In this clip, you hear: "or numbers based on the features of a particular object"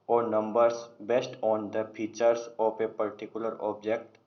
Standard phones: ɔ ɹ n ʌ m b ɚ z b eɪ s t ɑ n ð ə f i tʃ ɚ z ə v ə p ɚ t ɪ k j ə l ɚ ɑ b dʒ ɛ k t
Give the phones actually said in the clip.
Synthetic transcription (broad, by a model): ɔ ɹ n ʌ m b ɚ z b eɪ s t ɑ n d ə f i tʃ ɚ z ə p ə p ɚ t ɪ k j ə l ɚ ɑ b dʒ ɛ k t